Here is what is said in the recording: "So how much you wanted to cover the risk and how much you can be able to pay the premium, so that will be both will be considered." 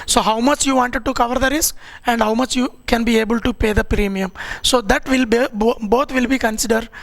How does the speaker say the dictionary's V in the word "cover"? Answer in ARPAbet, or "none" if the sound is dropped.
V